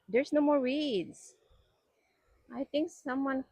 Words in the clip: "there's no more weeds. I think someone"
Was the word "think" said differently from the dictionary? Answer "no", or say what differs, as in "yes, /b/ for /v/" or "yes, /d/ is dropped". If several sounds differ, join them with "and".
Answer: yes, /t/ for /θ/